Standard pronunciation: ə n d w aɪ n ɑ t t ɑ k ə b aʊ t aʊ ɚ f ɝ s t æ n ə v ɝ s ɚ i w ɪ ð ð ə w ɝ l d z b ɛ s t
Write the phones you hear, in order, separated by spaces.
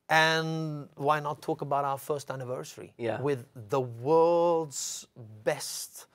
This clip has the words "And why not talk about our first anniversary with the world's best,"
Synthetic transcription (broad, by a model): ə n w aɪ n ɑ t t ɑ k ə b aʊ t aʊ ɚ f ɝ s t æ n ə v ɝ s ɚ i w ɪ ð ð ə w ɝ l d z b ɛ s t